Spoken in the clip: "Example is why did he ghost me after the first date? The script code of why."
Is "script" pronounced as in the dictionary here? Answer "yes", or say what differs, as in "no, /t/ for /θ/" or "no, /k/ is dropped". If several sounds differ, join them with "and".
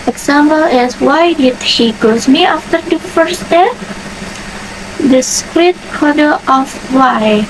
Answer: no, /p/ is dropped